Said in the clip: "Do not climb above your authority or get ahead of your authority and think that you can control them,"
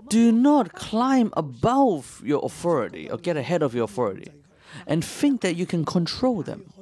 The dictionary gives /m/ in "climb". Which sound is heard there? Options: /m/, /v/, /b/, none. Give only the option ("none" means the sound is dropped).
/m/